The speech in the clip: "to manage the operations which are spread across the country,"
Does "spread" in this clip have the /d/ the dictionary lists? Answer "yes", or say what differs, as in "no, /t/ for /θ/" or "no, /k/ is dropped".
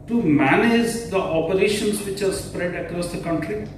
yes